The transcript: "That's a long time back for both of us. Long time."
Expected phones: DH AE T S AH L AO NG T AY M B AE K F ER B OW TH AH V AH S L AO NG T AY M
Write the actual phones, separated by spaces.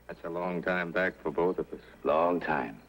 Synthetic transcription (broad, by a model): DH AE T S AH L AO NG T AY M B AE K F ER B OW TH AH V AH S L AO NG T AY M